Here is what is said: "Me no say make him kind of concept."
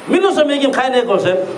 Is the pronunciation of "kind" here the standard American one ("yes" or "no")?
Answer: no